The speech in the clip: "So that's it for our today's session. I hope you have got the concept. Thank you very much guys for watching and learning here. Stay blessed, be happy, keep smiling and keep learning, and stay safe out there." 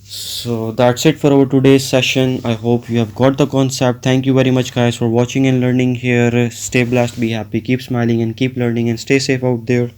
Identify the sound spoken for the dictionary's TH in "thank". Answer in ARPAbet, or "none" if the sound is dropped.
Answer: T